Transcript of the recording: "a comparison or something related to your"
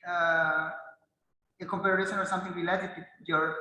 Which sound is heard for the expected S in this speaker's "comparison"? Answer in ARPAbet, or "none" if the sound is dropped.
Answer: SH